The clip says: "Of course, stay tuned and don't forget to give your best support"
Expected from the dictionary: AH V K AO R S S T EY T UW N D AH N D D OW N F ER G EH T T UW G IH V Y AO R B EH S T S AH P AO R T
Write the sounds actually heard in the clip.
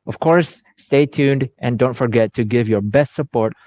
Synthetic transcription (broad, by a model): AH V K AO R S S T EY T UW N D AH N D D OW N F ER G EH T T UW G IH V Y AO R B EH S T S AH P AO R T